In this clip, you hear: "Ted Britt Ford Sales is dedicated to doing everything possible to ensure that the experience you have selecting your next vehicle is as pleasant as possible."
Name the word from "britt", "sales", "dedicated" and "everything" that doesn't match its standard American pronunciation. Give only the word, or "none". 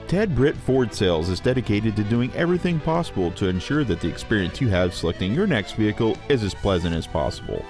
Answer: none